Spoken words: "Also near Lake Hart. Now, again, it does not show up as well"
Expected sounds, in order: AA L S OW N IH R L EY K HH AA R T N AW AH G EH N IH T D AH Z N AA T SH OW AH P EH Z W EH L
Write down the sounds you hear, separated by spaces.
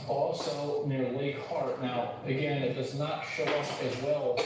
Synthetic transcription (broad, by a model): AA L S OW N IH R L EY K HH AA R T N AW AH G EH N IH T D AH Z N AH T SH OW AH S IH Z W EH L